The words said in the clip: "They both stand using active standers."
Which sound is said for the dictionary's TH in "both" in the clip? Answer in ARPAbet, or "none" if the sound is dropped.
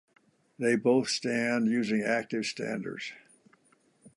TH